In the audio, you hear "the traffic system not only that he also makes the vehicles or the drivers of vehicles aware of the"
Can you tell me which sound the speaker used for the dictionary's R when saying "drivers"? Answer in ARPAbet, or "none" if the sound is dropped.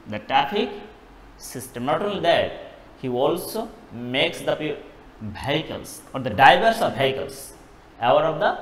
none